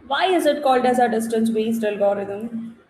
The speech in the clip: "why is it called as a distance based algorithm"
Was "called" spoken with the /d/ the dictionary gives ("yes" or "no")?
yes